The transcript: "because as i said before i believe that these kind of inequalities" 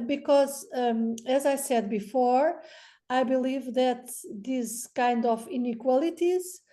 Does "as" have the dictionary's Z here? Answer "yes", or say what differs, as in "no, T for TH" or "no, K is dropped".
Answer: yes